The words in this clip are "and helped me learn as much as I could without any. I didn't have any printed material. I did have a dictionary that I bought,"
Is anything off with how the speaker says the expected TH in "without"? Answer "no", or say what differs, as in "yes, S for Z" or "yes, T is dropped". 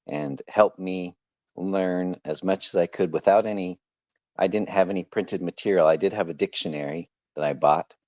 no